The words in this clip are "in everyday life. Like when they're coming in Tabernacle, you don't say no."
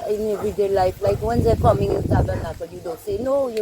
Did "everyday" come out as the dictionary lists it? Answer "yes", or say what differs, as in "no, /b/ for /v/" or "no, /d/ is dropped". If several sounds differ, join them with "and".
no, /v/ is dropped